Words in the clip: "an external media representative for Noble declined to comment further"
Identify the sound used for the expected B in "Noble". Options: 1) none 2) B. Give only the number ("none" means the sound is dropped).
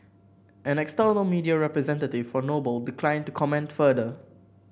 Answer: 2